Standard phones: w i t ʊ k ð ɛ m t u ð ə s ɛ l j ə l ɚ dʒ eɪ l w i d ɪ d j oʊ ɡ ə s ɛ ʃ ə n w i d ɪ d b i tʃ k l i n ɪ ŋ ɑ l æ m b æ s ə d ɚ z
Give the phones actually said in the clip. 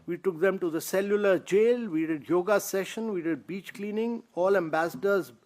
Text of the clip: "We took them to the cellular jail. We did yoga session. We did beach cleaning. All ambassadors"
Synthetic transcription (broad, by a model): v i t ʊ k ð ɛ m t u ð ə s ɛ l j ə l ɚ dʒ eɪ l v i d ɪ d j oʊ ɡ ə s ɛ ʃ ə n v i d ɪ d b i tʃ k l i n ɪ ŋ ɑ l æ m b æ s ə d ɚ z